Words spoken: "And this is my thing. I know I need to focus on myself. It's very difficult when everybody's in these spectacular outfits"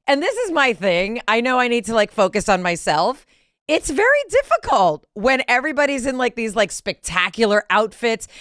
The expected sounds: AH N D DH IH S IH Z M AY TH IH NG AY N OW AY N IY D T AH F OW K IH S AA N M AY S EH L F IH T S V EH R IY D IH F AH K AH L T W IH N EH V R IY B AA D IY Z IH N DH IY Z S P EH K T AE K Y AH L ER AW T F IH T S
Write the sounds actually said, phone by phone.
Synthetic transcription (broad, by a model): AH N DH IH S IH Z M AY TH IH NG AY N OW AY N IY D T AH F OW K IH S N M AY S EH L F IH T S V EH R IY D IH F AH K AH L T W IH N EH V R IY B AA D IY Z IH N DH IY Z S P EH K T AE K Y L ER AW T F IH T S